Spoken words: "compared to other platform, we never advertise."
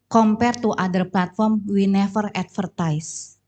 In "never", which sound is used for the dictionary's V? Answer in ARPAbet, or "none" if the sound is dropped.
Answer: F